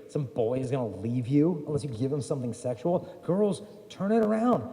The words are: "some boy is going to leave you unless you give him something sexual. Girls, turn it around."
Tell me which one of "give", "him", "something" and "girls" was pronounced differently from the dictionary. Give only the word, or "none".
none